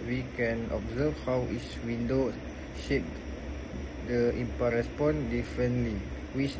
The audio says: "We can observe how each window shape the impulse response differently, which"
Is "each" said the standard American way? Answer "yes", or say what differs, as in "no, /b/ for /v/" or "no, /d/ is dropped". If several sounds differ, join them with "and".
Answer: no, /s/ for /tʃ/